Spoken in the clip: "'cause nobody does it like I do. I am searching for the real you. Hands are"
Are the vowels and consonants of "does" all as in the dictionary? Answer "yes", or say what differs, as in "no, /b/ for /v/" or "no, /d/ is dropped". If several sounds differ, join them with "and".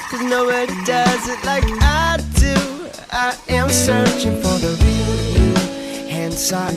yes